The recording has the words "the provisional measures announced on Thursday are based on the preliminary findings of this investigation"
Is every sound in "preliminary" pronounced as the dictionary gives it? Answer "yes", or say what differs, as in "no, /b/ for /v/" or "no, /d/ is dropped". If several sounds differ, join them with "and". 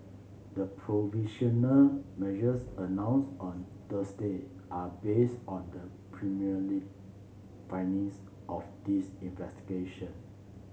no, /n/ is dropped and /l/ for /ɹ/